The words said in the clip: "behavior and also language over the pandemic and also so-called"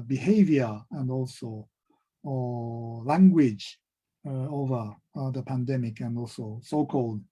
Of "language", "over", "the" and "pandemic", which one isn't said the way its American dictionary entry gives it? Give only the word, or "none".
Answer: none